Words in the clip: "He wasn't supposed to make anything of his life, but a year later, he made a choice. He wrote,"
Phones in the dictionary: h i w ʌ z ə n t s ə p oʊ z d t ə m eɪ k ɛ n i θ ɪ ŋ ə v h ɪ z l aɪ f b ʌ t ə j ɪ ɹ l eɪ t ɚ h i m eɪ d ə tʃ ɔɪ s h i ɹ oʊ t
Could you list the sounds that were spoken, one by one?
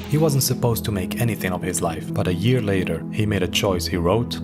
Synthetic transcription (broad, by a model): h i w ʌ z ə n t s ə p oʊ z t ə m eɪ k ɛ n i θ ɪ ŋ ə v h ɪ z l aɪ f b ʌ t ə j ɪ ɹ l eɪ t ɚ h i m eɪ d ə tʃ ɔɪ s h i ɹ oʊ t